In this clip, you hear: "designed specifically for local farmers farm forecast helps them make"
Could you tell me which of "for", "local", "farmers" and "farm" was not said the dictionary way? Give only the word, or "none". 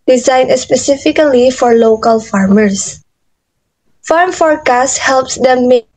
farmers